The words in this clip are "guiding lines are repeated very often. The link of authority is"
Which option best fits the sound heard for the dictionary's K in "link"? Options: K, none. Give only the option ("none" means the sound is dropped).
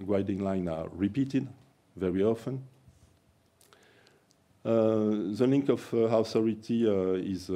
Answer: K